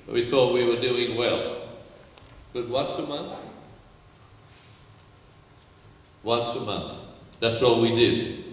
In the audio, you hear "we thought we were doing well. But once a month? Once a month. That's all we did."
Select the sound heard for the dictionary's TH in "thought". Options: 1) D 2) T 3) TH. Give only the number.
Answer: 3